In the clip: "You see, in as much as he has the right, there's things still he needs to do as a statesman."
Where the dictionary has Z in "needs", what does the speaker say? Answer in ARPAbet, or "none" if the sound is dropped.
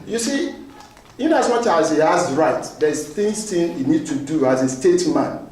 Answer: none